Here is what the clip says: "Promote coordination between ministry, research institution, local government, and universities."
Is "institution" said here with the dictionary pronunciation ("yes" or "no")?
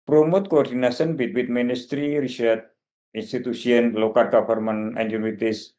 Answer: no